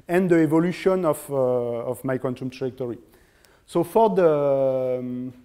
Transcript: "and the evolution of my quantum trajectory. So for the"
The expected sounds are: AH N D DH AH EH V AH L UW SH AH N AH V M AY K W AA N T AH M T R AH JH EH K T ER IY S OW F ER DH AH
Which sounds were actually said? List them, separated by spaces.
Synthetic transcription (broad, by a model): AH N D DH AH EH V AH L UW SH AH N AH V M AY K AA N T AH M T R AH ZH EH K T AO IY S OW F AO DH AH